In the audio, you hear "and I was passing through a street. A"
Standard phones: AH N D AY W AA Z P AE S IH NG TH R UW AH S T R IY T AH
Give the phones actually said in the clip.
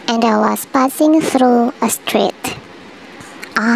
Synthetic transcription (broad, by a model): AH N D AY W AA S P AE S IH NG TH R UW AH S T R IY T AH